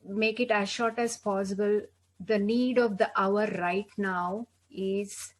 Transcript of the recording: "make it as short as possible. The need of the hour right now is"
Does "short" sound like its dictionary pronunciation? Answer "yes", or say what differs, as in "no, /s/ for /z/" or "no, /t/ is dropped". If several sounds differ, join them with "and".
yes